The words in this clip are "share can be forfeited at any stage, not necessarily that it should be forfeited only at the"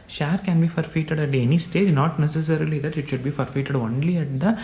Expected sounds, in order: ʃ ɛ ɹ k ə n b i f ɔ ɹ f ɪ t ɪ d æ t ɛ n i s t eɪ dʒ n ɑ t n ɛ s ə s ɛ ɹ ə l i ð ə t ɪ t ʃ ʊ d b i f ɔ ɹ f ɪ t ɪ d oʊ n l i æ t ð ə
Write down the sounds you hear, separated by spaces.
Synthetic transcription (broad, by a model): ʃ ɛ ɹ k ə n b i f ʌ ɹ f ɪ t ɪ d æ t ɛ n i s t eɪ dʒ n ɑ t n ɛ s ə s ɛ ɹ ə l i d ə t ɪ t ʃ ʊ d b i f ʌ ɹ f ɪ t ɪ d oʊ n l i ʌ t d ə